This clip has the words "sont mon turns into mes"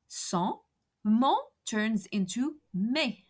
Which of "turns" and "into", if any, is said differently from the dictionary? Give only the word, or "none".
none